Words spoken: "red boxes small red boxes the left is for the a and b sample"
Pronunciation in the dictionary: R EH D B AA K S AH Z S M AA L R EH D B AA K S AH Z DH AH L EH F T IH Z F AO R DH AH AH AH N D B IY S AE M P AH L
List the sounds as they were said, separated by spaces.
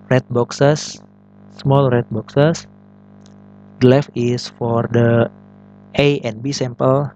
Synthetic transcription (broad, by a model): R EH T B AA K S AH S M AA L R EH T B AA K S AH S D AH L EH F IH S F AO R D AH AH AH N B IY S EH M P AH L